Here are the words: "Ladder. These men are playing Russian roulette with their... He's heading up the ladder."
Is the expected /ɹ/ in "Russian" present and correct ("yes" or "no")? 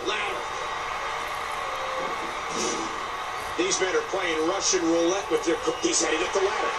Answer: yes